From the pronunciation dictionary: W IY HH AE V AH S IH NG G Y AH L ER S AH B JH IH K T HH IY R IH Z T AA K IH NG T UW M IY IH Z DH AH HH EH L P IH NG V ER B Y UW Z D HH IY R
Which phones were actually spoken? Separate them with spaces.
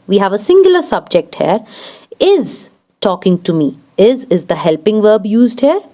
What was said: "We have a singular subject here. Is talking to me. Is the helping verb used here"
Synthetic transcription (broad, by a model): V IY HH AE V AH S IH NG G Y AH L ER S AH B JH IH K T HH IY R IH Z T AA K IH NG T UW M IY IH Z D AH HH EH L P IH NG V ER B Y UW Z D HH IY R